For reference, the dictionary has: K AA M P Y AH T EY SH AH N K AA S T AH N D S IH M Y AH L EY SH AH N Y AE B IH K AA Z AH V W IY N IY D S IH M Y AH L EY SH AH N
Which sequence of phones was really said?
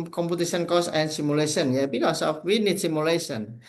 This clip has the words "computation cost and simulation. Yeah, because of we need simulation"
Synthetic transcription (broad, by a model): K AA M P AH T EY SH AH N K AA S AH N S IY M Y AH L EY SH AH N Y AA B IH K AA S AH F W IY N IY D S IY M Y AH L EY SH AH N